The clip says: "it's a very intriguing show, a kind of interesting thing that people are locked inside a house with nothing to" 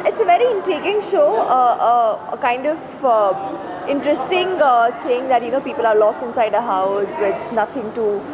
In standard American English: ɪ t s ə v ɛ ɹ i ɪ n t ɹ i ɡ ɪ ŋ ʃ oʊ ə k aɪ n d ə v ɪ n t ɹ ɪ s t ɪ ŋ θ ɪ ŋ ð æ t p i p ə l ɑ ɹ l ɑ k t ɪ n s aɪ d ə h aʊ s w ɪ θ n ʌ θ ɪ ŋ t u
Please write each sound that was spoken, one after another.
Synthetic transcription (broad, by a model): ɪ t s ə v ɛ ɹ i ɪ n t ɹ i ɡ ɪ ŋ ʃ oʊ ə k aɪ n d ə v ɪ n t ɹ ɪ s t ɪ ŋ s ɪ ŋ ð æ t p i p ə l ɑ ɹ l ɑ k t ɪ n s aɪ d ə h aʊ s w ɪ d n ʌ t ɪ ŋ t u